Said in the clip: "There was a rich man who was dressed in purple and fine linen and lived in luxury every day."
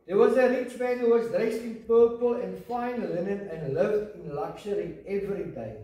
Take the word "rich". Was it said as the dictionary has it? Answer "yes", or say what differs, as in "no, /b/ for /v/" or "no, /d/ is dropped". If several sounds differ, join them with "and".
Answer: yes